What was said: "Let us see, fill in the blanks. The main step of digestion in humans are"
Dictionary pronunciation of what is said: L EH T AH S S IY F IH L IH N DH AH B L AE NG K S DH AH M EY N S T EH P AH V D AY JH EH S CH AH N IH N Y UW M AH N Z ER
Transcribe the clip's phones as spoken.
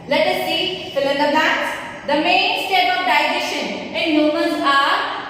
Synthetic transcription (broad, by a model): L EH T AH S S IY F IH L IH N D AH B AE K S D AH M EY N S T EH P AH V D AY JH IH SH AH N IH N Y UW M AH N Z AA